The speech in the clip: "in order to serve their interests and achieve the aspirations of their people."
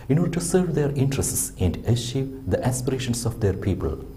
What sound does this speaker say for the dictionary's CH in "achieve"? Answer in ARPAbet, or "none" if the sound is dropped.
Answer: SH